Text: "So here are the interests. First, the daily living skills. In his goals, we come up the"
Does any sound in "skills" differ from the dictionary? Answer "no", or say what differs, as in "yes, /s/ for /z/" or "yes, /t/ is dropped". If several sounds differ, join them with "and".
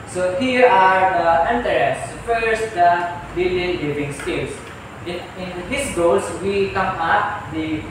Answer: yes, /s/ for /z/